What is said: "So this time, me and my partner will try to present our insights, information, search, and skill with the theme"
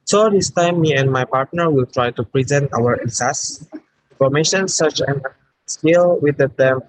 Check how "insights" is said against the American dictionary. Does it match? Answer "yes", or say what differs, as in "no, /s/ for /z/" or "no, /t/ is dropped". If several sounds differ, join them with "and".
no, /n/ is dropped